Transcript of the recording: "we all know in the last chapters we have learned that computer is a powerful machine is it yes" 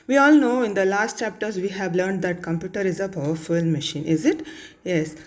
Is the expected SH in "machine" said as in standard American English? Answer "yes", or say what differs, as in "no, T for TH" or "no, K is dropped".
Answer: yes